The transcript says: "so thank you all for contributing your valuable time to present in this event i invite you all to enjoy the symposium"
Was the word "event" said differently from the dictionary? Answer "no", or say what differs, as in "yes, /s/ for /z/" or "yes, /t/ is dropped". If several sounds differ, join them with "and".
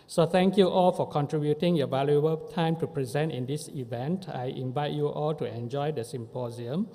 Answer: no